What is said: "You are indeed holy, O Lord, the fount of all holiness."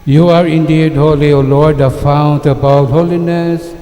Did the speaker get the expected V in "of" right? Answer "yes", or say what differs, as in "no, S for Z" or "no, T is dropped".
no, B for V